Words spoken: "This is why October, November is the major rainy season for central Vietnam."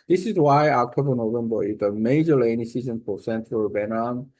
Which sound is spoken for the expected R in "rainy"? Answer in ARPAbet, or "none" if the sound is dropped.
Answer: L